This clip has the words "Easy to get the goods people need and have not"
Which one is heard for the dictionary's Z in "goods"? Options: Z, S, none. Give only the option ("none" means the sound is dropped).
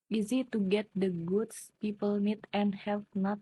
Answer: S